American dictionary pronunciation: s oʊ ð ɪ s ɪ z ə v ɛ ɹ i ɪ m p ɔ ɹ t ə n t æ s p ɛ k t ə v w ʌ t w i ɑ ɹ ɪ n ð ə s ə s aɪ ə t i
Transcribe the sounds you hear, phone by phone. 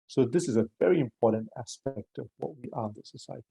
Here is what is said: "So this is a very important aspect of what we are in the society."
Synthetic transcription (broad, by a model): s oʊ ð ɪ s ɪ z ə v ɛ ɹ i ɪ m p ɔ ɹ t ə n t æ s p ɛ k t ə v w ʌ t w i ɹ ɪ n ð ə s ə s aɪ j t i